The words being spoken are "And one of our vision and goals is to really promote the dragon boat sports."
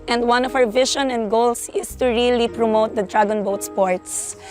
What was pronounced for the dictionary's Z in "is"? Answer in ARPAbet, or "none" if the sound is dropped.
S